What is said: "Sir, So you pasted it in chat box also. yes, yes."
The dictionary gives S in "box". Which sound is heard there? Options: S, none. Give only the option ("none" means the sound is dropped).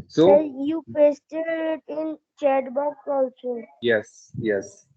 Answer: none